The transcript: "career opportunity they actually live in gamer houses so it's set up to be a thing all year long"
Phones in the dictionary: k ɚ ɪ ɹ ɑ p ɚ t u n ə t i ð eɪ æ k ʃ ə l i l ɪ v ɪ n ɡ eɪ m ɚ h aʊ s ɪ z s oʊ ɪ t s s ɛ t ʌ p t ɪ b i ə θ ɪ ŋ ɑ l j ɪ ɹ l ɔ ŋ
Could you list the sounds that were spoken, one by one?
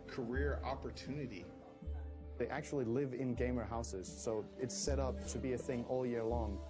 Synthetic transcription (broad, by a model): k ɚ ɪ ɹ ɑ p ɚ t u n ə t i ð eɪ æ k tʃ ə l i l ɪ v ɪ n ɡ eɪ m ɚ h aʊ s ɪ z s oʊ ɪ t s s ɛ t ʌ p t ɪ b i ə θ ɪ ŋ ɑ l j ɪ ɹ l ɔ ŋ